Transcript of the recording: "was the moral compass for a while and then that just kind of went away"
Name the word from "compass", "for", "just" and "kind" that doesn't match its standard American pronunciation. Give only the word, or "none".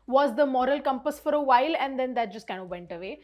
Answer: kind